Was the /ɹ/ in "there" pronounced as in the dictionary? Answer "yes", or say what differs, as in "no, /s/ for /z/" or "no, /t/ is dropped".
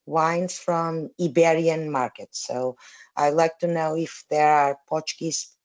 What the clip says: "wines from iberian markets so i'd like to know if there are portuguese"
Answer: yes